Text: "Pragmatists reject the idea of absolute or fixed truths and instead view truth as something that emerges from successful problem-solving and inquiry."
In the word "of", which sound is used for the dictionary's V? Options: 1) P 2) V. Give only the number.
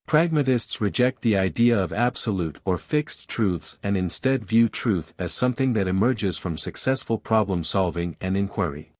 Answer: 2